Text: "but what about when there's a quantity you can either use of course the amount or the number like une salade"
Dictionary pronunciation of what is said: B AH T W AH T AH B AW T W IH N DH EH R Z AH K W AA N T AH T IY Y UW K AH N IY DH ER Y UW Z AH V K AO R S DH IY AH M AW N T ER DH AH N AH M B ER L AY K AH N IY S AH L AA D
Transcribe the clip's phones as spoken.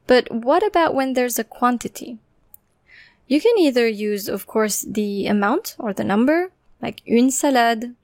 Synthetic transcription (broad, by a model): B AH T W AH T AH B AW T W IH N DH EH R Z AH K W AA N T AH T IY Y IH K AH N IY DH ER Y UW Z AH V K AO R S DH IY AH M AW N T ER DH AH N AH M B ER L AY K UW N S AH L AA D